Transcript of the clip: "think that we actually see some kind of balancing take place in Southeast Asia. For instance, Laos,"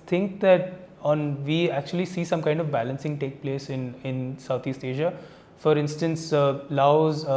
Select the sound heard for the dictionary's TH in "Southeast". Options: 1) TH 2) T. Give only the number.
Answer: 2